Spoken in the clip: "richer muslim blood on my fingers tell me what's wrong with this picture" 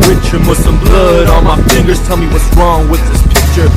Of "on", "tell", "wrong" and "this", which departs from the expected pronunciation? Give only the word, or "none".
on